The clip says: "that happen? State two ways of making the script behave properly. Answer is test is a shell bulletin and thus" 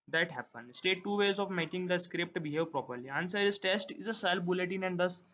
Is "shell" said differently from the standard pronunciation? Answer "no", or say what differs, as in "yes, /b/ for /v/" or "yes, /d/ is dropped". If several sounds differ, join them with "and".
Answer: yes, /s/ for /ʃ/